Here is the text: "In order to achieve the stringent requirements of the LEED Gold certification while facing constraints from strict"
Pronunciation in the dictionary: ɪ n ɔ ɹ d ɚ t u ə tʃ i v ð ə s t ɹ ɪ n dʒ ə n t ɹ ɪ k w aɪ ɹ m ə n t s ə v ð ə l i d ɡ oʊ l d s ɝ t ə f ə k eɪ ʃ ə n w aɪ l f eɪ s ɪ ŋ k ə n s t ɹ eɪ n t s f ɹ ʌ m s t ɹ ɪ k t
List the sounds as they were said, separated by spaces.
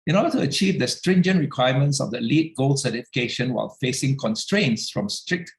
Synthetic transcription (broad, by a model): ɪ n ɔ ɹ d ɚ t u ə tʃ i v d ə s t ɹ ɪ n dʒ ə n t ɹ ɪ k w aɪ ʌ m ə n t s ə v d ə l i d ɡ oʊ l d s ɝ t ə f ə k eɪ ʃ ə n w aɪ l f eɪ s ɪ ŋ k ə n s t ɹ eɪ n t s f ɹ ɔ m s t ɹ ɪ k t